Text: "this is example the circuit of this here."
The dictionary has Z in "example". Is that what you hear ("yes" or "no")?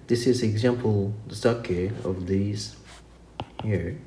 yes